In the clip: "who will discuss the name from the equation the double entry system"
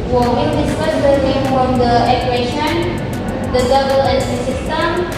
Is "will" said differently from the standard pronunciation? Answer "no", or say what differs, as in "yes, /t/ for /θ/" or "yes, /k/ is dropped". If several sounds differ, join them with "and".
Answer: yes, /n/ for /l/